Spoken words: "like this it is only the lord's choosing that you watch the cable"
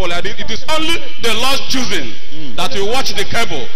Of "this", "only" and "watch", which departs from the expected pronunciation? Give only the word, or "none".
this